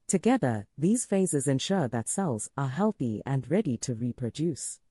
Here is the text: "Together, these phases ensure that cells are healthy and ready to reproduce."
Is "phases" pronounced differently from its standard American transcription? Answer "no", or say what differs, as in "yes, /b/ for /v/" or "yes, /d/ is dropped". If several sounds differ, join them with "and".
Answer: no